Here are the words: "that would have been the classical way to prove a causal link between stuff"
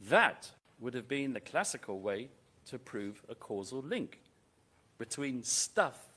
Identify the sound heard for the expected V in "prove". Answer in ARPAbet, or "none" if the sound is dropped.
V